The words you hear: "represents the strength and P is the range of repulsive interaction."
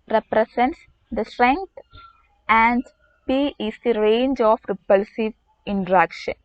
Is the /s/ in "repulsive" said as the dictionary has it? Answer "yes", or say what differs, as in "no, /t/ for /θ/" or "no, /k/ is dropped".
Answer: yes